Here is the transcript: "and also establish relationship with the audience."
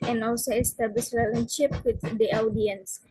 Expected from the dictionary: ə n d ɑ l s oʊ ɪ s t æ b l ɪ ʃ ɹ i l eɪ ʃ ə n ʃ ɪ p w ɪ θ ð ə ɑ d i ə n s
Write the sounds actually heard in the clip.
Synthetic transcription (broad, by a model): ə n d ɑ l s oʊ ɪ s t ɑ b l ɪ s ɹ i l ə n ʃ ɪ p w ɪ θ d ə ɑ d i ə n s